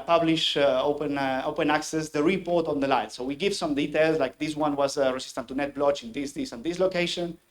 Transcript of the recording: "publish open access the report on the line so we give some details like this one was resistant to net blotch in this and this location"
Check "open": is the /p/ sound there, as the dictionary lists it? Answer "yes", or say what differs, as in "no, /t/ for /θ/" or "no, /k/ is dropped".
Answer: yes